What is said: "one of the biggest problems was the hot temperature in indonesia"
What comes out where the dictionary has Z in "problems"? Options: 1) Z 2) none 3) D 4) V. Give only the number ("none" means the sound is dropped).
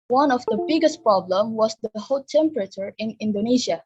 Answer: 2